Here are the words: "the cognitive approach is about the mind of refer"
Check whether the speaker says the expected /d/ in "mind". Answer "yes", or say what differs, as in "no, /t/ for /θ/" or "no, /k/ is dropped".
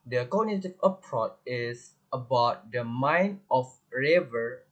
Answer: no, /d/ is dropped